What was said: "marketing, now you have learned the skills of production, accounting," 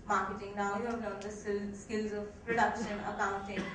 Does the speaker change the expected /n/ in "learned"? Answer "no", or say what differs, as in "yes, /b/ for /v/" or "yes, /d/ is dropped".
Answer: yes, /n/ is dropped